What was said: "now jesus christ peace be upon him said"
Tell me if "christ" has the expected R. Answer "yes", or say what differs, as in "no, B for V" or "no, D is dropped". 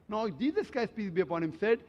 no, R is dropped